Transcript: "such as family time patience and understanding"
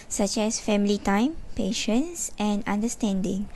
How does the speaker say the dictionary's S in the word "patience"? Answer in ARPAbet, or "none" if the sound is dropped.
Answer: S